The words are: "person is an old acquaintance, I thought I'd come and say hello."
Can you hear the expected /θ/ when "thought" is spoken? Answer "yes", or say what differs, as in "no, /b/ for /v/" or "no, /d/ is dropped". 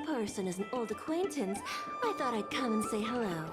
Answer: yes